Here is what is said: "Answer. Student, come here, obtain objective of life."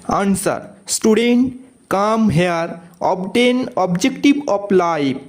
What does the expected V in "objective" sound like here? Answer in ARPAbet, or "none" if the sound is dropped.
B